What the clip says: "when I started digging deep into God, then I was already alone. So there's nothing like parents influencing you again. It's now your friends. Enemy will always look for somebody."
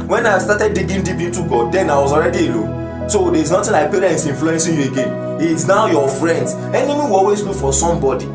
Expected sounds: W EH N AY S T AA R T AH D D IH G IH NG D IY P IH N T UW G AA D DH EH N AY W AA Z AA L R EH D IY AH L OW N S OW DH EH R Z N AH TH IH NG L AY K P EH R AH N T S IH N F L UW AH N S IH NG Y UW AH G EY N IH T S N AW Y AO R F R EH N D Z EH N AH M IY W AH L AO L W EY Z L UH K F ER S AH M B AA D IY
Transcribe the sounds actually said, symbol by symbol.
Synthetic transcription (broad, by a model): W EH N AY S T AA T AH D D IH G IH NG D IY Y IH T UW G AA D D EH N AY W AA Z AA L R EH D IY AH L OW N S OW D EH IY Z N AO T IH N L AY K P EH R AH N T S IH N F L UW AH N S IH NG Y UW AH G EY N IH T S N AW Y AO F R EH N D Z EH N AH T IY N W AO L W EY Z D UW F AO S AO M B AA D IY